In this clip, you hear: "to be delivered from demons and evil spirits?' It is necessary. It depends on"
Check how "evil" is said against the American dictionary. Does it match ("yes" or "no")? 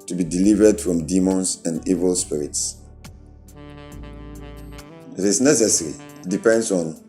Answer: yes